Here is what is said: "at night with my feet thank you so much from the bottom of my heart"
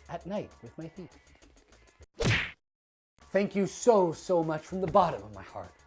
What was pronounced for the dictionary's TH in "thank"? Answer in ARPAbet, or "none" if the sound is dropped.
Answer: TH